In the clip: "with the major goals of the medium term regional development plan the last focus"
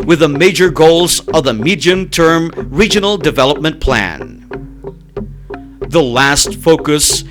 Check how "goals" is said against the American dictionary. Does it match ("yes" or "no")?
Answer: yes